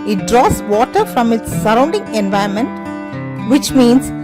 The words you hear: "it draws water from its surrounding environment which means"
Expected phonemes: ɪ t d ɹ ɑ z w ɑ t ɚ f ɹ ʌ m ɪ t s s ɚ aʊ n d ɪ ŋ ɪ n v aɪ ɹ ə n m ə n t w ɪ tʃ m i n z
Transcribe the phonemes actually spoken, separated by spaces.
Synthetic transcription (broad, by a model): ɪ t d ɹ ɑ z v ɑ t ɚ f ɹ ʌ m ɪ t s s ɚ aʊ n d ɪ ŋ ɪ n v aɪ ə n m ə n t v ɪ tʃ m i n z